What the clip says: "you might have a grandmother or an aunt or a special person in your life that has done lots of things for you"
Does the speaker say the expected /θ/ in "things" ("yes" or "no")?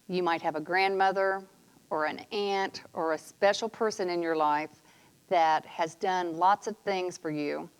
yes